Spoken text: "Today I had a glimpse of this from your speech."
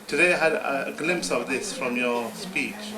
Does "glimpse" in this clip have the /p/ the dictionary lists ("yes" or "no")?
yes